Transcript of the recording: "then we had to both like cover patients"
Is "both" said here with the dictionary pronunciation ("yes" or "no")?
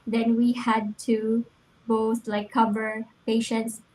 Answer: no